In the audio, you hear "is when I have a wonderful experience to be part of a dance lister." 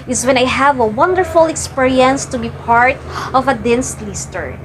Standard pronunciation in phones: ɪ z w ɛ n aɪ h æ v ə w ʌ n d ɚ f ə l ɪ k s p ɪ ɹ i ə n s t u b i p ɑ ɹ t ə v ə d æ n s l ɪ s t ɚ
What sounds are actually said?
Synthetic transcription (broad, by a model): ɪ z w ɛ n aɪ h æ v ə w ʌ n d ɚ f ə l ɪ k s p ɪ ɹ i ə n s t u b i p ɑ ɹ t ə v ə d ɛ n s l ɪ s t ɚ